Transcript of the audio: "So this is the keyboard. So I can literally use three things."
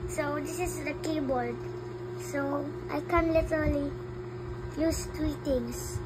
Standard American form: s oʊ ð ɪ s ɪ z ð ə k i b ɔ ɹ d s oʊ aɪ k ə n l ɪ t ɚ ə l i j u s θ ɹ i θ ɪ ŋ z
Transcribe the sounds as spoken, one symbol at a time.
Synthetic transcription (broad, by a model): s oʊ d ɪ s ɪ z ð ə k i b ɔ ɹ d s oʊ aɪ k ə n l ɪ t ɚ ə l i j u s t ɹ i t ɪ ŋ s